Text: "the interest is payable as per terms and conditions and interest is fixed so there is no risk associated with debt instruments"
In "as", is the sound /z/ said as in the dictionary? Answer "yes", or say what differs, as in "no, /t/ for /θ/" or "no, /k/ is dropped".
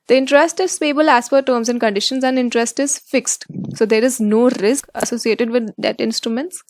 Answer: no, /s/ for /z/